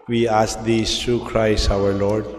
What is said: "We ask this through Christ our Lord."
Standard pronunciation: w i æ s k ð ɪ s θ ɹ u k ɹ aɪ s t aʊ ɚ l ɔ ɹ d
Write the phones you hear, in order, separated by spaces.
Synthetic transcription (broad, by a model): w i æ s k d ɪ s t ɹ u k ɹ aɪ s aʊ ɚ l ɔ ɹ d